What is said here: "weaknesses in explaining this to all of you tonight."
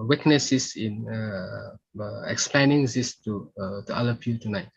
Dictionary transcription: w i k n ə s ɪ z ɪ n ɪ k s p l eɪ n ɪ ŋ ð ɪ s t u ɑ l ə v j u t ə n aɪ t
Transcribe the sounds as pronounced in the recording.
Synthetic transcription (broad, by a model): w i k n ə s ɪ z ɪ n ɪ k s p l eɪ n ɪ ŋ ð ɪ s t u ɑ l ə p j u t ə n aɪ t